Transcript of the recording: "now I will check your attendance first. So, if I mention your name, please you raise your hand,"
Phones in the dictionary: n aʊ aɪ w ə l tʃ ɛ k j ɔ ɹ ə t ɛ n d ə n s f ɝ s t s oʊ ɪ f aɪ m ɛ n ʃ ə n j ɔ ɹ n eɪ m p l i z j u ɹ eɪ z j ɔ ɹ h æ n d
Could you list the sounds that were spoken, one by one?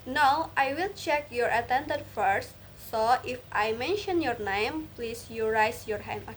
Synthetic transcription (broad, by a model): n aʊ aɪ w ə l tʃ ɛ k j ɔ ɹ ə t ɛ n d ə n f ɝ s t s oʊ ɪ f aɪ m ɛ n ʃ ə n j ɔ ɹ n eɪ m p l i s j u ɹ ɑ s j ɔ ɹ h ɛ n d